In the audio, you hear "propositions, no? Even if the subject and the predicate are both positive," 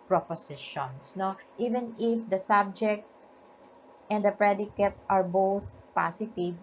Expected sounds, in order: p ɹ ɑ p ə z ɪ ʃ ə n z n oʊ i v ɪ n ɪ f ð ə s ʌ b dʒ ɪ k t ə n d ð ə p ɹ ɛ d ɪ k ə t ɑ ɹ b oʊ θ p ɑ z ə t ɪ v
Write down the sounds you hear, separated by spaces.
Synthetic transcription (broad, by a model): p ɹ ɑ p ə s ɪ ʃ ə n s n oʊ i v ɪ n ɪ f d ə s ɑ b dʒ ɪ k t ə n d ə p ɹ ɛ d ɪ k ə t ɑ ɹ b oʊ θ p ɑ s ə t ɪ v